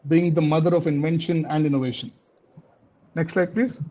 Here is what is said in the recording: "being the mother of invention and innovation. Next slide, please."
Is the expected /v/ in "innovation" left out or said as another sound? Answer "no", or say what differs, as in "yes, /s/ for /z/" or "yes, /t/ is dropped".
no